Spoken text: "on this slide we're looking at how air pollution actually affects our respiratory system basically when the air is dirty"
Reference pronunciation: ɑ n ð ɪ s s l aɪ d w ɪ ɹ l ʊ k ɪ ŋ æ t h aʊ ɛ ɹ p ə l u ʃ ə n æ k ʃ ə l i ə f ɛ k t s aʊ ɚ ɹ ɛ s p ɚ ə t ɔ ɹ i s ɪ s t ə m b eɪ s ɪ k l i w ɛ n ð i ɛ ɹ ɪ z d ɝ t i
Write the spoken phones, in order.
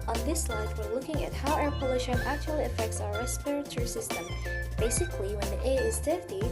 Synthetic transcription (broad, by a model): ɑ n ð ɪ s s l aɪ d w ɪ ɹ l ʊ k ɪ ŋ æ t h aʊ ɛ ɹ p ə l u ʃ ə n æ k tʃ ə l i ə f ɛ k t s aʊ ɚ ɹ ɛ s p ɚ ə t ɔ ɹ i s ɪ s t ə m b eɪ s ɪ k l i w ɛ n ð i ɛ ɪ z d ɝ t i